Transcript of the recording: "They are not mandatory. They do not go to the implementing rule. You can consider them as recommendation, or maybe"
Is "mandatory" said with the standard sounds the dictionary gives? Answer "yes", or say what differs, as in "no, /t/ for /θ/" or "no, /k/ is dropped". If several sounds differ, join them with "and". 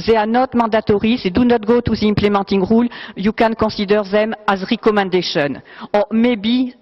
no, /n/ is dropped